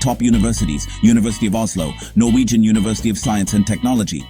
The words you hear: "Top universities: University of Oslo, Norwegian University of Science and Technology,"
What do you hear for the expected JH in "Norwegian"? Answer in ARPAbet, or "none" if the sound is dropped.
JH